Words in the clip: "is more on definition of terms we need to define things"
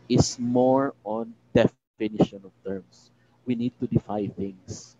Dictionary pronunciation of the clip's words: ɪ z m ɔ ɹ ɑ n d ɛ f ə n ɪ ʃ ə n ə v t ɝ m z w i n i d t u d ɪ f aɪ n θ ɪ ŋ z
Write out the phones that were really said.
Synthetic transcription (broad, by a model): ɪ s m ɔ ɹ ɑ n d ɛ f ə n ɪ ʃ ə n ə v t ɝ m s w i n i d t u d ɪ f aɪ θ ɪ ŋ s